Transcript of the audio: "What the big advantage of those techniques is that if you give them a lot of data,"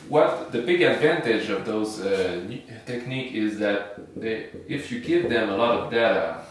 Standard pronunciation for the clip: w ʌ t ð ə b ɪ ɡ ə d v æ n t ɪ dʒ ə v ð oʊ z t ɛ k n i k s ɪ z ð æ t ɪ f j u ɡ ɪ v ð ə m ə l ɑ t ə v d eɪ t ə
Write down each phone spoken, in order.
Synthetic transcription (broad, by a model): w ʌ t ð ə b ɪ ɡ ə d v æ n t ɪ dʒ ə v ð oʊ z t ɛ k n i k ɪ z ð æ t ɪ f j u ɡ ɪ v ð ə m ə l ɑ t ə v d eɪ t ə